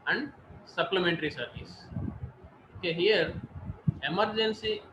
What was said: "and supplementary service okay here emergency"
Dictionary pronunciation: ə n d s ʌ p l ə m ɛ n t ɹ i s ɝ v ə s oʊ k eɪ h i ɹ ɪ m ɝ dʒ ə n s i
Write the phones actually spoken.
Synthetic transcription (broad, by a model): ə n d s ʌ p l ə m ɛ n t ɹ i s ɝ v ə s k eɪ h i ɹ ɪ m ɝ dʒ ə n s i